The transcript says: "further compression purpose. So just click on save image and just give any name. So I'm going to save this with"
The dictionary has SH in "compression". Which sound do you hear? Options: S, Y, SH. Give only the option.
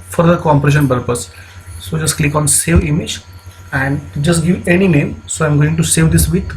SH